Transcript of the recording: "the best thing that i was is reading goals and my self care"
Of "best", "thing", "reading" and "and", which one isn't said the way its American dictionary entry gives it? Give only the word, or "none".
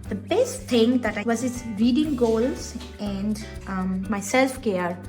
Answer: thing